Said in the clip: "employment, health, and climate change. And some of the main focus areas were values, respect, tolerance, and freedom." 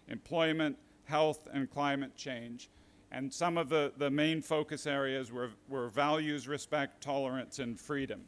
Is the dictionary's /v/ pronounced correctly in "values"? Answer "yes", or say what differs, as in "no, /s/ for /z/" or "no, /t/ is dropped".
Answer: yes